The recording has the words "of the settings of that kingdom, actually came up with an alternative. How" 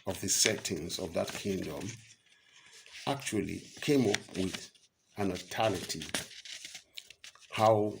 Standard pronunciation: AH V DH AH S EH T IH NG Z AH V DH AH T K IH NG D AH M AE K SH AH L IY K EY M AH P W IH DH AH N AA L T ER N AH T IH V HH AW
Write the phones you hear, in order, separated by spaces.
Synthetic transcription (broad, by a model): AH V DH AH S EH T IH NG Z AH V DH AH T K IH NG D AH M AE K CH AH L IY K EY M AH P W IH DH AH N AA T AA L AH T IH HH AW